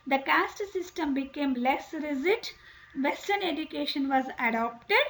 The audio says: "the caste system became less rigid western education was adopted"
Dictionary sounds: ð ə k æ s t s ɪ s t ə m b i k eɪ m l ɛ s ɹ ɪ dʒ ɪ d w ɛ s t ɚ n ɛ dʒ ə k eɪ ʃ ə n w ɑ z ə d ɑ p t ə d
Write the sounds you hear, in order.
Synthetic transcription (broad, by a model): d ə k æ s t s ɪ s t ə m b i k eɪ m l ɛ s ɹ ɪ z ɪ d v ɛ s t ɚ n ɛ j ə k eɪ ʃ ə n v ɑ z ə d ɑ p t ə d